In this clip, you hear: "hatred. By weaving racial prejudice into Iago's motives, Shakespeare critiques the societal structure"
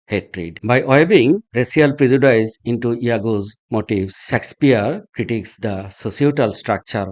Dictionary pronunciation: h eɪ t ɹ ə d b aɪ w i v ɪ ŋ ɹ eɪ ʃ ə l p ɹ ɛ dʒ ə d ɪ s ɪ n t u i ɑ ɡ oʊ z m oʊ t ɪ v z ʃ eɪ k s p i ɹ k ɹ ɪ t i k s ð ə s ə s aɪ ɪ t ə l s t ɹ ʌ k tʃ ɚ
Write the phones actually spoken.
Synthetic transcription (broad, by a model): h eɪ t ɹ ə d b aɪ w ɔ b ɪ ŋ ɹ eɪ s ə l p ɹ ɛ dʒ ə d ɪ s ɪ n t u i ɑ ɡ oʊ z m oʊ t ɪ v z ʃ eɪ k s p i ɹ k ɹ ɪ t i k s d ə s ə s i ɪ t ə l s t ɹ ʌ k tʃ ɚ